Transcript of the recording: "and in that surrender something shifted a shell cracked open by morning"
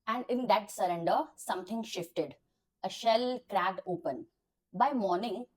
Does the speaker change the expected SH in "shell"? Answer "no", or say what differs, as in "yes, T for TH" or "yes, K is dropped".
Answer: no